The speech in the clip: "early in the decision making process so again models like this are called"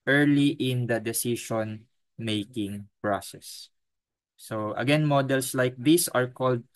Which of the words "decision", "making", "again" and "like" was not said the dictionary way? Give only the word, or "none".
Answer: decision